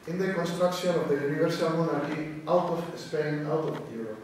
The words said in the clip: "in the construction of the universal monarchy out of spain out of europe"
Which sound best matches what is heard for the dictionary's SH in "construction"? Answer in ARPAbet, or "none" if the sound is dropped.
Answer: S